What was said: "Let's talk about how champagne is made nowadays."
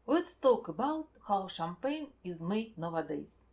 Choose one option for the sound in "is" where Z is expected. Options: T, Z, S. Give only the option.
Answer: Z